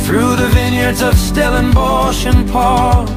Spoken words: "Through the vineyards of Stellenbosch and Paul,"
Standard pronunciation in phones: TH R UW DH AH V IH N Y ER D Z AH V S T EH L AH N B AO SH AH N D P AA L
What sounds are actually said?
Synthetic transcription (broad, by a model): TH R UW DH AH V IH N Y ER D Z AH V S T EH L AH N B AO SH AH N P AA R